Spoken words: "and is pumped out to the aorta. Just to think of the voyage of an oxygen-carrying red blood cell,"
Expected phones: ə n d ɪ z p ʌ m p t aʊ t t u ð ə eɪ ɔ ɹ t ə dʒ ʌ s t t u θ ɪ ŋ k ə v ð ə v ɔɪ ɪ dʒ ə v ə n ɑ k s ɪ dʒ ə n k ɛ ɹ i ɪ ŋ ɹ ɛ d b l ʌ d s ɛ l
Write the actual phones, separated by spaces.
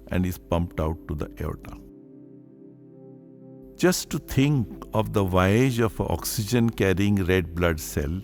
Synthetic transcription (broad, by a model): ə n d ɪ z p ʌ m p t aʊ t t u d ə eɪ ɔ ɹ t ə dʒ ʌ s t t u t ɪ ŋ k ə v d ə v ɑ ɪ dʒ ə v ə ɑ k s ɪ dʒ ə n k ɛ ɹ i ɪ ŋ ɹ ɛ d b l ʌ d s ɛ l